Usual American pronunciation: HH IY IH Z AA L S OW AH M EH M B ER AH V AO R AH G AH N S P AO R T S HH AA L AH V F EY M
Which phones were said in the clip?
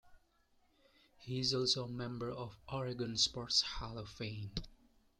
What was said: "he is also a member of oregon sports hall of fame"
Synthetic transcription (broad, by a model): HH IY IH Z AA L S OW M EH M B ER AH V AO R AH G AH N S P AO R T S HH AA L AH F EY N